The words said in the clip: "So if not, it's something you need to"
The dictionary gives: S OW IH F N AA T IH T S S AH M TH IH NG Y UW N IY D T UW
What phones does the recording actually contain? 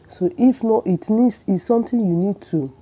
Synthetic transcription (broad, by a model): S OW IH F N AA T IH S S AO M T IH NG Y UW N IY D T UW